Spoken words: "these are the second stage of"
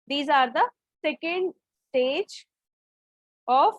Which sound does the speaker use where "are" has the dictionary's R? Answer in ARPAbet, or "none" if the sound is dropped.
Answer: R